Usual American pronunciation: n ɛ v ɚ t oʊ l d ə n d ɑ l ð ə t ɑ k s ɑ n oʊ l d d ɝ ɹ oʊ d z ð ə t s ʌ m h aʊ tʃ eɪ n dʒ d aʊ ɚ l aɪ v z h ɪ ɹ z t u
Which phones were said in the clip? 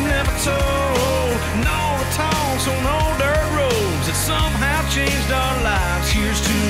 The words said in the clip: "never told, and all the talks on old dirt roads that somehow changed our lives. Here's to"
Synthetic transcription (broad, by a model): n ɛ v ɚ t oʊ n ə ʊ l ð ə t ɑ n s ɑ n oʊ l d d ɝ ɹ oʊ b z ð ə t s ʌ m h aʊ tʃ eɪ n dʒ d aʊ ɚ l aɪ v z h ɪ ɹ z t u